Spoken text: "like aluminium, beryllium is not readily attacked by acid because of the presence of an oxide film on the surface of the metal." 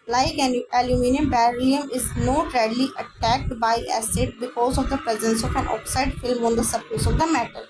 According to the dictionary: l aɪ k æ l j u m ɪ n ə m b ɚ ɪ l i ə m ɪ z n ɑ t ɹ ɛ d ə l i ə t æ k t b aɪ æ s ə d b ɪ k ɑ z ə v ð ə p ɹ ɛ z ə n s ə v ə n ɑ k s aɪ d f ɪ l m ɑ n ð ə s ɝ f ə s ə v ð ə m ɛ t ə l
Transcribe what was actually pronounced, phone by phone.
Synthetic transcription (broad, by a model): l aɪ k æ l j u m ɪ n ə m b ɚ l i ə m ɪ z n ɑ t ɹ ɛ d l i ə t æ k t b aɪ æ s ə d b ɪ k ɑ z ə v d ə p ɹ ɛ z ə n s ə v ə n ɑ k s aɪ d f ɪ l m ɑ n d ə s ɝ p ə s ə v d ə m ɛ t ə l